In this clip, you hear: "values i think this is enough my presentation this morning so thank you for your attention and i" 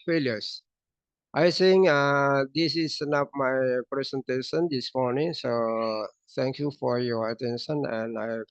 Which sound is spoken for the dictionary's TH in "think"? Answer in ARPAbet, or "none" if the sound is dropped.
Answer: S